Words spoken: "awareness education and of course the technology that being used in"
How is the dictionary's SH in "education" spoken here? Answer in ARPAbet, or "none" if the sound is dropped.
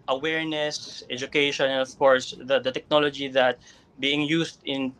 none